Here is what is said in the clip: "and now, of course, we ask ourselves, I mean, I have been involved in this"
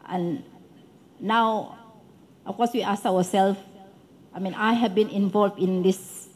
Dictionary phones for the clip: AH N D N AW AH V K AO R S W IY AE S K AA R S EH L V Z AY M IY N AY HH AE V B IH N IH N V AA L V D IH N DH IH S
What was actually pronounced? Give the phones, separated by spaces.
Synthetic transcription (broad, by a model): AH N N AW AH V K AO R S W IY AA S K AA W S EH L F AY M IY N AY HH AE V B IH N IH N V AA L V D IH N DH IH S